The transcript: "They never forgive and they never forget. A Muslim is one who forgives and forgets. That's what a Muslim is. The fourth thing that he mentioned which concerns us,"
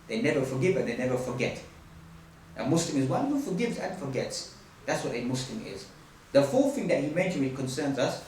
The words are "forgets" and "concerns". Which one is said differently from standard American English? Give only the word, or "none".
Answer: none